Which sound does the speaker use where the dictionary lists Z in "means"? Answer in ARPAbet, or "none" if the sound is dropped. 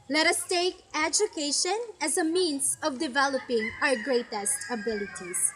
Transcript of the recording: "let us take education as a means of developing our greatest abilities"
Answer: S